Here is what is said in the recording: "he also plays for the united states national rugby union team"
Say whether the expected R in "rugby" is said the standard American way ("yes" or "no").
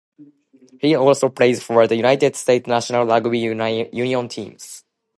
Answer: no